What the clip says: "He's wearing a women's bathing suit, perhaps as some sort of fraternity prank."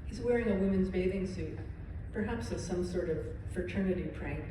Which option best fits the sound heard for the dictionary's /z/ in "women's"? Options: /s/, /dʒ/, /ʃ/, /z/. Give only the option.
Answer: /z/